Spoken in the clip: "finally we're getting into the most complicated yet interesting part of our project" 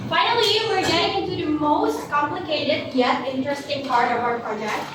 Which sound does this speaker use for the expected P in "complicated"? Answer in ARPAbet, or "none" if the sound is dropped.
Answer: P